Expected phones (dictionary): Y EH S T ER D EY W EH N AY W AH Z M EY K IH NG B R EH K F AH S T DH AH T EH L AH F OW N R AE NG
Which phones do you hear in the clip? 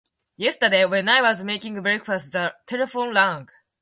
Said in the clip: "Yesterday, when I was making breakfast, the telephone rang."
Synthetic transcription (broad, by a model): Y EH S T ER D EY W EH N AY W AH Z M EY K IH NG B R EH K F AH S T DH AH T EH L AH F OW N L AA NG